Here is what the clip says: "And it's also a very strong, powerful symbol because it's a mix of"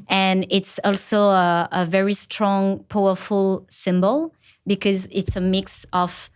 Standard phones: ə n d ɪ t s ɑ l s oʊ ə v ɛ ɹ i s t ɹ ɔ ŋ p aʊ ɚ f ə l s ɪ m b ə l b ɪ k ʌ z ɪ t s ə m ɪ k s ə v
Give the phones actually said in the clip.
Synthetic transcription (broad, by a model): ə n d ɪ t s ɑ l s oʊ ə v ɛ ɹ i s t ɹ ɔ ŋ p aʊ ɚ f ə l s ɪ m b ə l b ɪ k ʌ z ɪ t s ə m ɪ k s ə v